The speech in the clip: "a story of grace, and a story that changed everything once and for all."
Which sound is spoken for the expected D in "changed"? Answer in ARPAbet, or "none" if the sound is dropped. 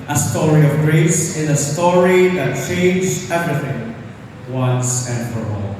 none